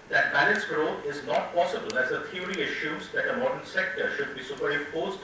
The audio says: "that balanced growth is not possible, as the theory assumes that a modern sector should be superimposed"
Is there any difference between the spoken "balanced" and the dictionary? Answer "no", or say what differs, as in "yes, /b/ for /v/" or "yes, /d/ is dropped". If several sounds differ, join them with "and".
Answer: yes, /n/ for /l/